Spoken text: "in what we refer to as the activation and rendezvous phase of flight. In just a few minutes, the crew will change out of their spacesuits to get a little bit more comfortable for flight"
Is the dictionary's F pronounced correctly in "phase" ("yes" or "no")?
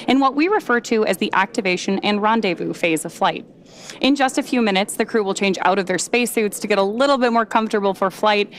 yes